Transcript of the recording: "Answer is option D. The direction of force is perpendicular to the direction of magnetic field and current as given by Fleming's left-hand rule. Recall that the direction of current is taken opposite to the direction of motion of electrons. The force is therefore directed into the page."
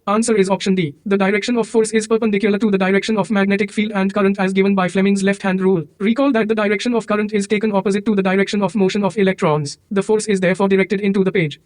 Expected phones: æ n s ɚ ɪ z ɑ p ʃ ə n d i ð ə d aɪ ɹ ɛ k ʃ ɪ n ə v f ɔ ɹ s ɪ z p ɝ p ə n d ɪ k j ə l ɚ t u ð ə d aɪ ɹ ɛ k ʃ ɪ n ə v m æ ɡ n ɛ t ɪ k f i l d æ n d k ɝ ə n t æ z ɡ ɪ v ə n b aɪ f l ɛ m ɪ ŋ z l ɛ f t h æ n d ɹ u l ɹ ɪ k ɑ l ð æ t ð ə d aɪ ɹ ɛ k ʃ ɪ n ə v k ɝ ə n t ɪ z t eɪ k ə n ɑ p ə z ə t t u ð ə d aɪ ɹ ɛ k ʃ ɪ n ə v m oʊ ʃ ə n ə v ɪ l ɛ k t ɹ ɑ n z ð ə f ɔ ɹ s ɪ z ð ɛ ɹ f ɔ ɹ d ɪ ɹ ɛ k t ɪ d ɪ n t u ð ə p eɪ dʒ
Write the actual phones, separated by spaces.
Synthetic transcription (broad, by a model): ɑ n s ɚ ɪ z ɑ p ʃ ə n d i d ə d aɪ ɹ ɛ k ʃ ɪ n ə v f ɔ ɹ s ɪ z p ɝ p ə n d ɪ k j ə l ɚ t u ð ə d aɪ ɹ ɛ k ʃ ɪ n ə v m æ ɡ n ɛ t ɪ k f i l d æ n d k ɝ ə n t æ z ɡ ɪ v ə n b aɪ f l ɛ m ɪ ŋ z l ɛ f t h æ n d ɹ u l ɹ ɪ k ɑ l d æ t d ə d aɪ ɹ ɛ k ʃ ɪ n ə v k ɝ ə n t ɪ z t eɪ k ə n ɑ p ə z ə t t u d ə d aɪ ɹ ɛ k ʃ ɪ n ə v m oʊ ʃ ə n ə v ɪ l ɛ k t ɹ ɑ n z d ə f ɔ ɹ s ɪ z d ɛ ɹ f ɔ ɹ d ɪ ɹ ɛ k t ɪ d ɪ n t u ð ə p eɪ dʒ